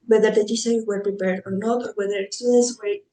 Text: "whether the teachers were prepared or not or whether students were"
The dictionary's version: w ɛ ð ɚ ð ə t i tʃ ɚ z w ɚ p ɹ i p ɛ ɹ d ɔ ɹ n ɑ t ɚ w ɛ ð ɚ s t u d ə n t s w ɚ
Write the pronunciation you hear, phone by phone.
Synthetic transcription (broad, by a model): w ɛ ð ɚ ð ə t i s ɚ w ɚ p ɹ i p ɛ ɹ d ɔ ɹ n ɑ t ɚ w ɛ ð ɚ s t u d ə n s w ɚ